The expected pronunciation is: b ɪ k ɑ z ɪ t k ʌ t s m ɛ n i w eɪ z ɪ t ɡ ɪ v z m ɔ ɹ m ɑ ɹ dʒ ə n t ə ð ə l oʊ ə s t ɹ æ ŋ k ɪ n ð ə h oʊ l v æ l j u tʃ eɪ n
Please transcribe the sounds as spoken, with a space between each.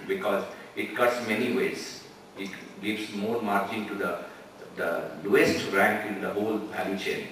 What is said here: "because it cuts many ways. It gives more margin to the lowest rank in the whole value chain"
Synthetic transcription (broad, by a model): b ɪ k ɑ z ɪ t k ʌ t s m ɛ n i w eɪ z ɪ t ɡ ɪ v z m ɔ ɹ m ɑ ɹ tʃ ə n t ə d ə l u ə s t ɹ æ ŋ k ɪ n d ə h oʊ l p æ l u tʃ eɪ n